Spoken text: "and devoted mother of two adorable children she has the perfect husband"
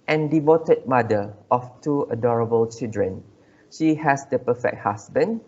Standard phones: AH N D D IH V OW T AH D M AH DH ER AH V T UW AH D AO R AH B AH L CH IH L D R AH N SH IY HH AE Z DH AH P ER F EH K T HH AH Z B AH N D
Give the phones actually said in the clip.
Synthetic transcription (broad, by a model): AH N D D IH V OW T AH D M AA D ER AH F T UW AH D AO R AH B AH L CH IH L D R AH N SH IY HH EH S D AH P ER F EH K T HH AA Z B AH N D